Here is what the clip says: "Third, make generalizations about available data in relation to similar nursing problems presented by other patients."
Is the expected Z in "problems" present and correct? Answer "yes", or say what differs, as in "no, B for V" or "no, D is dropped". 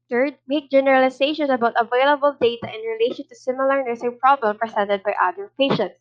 no, Z is dropped